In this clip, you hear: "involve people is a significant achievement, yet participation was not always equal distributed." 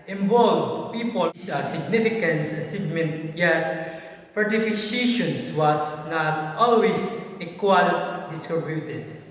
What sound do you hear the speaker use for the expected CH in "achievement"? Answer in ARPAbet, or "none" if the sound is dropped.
S